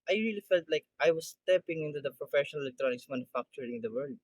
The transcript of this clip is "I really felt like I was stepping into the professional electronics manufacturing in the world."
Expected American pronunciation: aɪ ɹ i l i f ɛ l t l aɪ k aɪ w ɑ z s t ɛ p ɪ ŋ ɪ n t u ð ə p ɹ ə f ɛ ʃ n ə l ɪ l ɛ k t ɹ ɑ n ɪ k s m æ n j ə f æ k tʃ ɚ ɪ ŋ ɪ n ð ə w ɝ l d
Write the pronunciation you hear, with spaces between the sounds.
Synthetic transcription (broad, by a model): aɪ ɹ i l i f ɛ l t l aɪ k aɪ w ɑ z s t ɛ p ɪ ŋ ɪ n t u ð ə p ɹ ə f ɛ ʃ n ə l ɪ l ɛ k t ɹ ɑ n ɪ k s m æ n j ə f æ k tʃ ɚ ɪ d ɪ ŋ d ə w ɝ l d